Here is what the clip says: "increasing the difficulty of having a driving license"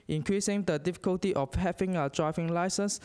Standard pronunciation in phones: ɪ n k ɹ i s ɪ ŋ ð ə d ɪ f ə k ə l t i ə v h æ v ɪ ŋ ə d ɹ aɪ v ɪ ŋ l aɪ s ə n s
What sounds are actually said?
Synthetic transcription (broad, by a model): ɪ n k ɹ i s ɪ ŋ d ə d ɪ f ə k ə l t i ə f h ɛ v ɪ ŋ ə d ɹ aɪ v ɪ ŋ l aɪ s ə n s